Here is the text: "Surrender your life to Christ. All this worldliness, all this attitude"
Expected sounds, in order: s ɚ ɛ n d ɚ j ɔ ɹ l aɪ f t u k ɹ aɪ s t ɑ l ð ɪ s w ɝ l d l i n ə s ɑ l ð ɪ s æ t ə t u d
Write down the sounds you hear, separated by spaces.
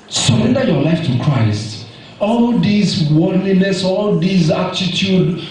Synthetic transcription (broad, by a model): s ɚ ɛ n d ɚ j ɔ l aɪ f t u k ɹ aɪ s t ɑ l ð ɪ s w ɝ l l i n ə s ɑ l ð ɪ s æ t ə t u d